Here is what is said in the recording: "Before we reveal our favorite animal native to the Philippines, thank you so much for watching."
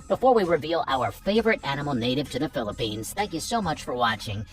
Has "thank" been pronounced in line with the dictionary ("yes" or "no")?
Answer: yes